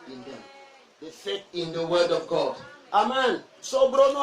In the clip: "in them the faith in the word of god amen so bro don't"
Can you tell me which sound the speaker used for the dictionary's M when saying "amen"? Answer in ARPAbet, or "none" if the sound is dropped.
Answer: M